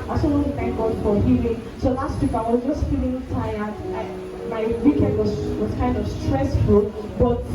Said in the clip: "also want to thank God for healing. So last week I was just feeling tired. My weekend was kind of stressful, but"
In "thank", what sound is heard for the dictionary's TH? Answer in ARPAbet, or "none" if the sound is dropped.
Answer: T